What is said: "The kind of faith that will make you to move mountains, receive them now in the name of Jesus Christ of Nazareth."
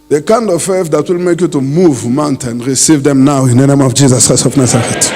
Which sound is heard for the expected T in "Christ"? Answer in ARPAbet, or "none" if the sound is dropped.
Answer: none